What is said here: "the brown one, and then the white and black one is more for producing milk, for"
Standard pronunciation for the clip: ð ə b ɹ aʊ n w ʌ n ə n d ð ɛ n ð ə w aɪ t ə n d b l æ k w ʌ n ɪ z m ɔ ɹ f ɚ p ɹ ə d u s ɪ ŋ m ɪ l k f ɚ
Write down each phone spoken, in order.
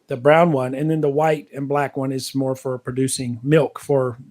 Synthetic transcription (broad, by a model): ð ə b ɹ aʊ n w ʌ n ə n ð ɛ n ð ə w aɪ t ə n b l æ k w ʌ n ɪ z m ɔ ɹ f ɚ p ɹ ə d u s ɪ ŋ m ɪ l k f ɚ